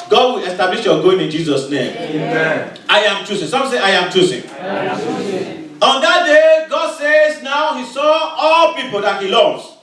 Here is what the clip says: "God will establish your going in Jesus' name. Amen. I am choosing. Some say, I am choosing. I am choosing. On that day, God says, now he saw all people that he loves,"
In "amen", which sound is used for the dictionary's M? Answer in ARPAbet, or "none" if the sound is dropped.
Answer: none